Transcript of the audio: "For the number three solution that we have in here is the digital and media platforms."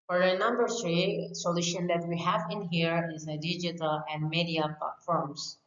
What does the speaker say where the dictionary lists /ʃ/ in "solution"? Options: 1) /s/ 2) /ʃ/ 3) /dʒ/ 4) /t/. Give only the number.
2